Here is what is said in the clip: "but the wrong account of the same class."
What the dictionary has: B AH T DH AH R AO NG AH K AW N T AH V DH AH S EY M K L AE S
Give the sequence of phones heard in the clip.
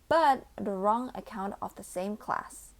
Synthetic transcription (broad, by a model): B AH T DH AH R AO NG AH K AW N T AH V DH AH S EY M K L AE S